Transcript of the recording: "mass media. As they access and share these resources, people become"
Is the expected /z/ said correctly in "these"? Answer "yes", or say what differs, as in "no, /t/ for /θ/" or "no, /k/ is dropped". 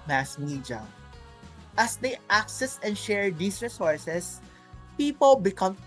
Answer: no, /s/ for /z/